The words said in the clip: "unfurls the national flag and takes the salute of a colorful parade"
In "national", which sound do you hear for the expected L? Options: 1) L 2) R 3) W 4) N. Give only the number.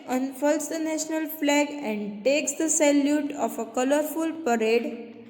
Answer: 1